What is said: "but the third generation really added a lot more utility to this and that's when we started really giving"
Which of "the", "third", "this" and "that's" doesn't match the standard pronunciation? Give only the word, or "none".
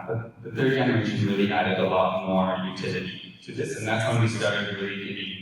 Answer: none